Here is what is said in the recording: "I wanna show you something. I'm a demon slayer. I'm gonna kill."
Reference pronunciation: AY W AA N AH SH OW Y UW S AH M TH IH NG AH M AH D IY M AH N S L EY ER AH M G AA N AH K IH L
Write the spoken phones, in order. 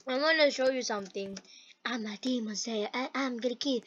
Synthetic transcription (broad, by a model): AY W AA N AH SH OW Y UW S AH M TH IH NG AH M AH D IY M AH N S EY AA AH M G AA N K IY